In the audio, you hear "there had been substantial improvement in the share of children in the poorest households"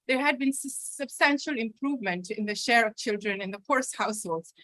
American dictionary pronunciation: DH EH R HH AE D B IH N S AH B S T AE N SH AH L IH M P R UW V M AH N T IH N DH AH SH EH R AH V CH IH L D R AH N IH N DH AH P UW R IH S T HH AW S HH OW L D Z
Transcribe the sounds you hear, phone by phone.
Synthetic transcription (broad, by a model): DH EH R HH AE D B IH N S AH B S T AE N SH AH L IH M P R UW V M AH N T IH N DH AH SH EH R AH V CH IH L D R AH N IH N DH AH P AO R S HH AW S HH OW L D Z